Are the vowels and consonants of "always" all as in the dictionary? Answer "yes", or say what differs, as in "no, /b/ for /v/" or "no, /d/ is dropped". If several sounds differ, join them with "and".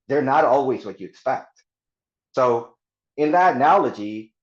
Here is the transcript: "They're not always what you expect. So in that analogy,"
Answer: yes